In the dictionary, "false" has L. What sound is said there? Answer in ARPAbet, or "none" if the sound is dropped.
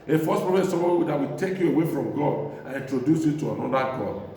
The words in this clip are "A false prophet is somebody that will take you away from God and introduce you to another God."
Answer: none